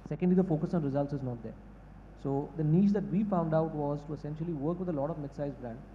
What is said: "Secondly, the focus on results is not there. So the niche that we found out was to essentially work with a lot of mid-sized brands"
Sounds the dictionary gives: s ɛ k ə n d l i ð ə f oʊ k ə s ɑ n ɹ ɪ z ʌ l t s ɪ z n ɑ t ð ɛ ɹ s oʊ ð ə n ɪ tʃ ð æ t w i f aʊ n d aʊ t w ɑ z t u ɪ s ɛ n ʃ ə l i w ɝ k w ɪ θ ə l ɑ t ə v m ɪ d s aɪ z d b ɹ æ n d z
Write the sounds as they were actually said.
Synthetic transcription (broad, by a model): s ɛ k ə n d l i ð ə f oʊ k ə s ɑ n ɹ ɪ z ʌ l t s ɪ z n ɑ t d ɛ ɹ s oʊ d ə n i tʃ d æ t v i f aʊ n d aʊ t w ɑ z t u ɪ s ɛ n ʃ ə l i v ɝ k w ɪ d ə l ɑ t ə v m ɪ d s aɪ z b ɹ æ n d